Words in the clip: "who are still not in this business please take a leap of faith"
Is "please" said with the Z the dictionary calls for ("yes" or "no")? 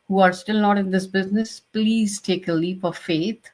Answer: yes